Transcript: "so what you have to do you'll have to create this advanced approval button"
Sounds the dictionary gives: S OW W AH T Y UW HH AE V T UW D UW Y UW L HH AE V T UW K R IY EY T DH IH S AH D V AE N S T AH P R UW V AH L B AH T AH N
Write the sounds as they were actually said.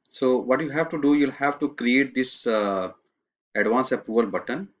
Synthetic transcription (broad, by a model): S OW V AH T Y UW HH AE V T UW D UW Y UW L HH AE V T UW K R IY EY T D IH S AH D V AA N S AH P UW AH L B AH T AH N